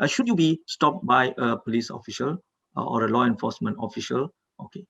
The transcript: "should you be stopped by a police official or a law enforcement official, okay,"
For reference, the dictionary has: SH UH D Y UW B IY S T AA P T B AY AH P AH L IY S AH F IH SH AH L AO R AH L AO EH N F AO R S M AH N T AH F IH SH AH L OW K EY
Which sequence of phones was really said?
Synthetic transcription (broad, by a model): SH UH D Y UW B IY S T AA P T B AY AH P AH L IY S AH F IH SH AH L AO R AH L AO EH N F AO S M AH N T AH F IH SH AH L OW K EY